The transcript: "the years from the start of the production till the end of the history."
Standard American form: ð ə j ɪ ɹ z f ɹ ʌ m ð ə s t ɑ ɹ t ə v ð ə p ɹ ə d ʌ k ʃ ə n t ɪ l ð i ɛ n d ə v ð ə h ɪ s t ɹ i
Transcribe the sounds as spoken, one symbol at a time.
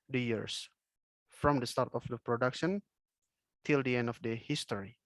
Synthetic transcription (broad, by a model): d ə j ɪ ɹ s f ɹ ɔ m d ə s t ɑ ɹ t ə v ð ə p ɹ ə d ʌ k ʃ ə n t ɪ l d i ɛ n d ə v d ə h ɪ s t ɹ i